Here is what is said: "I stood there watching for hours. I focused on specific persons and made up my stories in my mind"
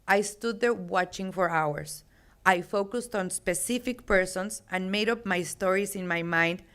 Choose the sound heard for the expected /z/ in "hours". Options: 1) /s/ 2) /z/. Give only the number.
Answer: 1